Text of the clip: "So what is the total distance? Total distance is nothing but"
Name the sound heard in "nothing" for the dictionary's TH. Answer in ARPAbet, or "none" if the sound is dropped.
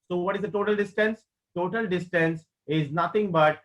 T